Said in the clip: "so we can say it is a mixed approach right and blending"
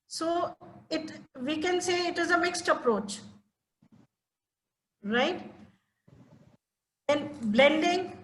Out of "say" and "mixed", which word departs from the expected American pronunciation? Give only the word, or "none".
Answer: none